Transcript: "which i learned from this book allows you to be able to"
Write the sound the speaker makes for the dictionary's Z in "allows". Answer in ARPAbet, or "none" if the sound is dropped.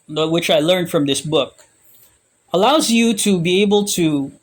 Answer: Z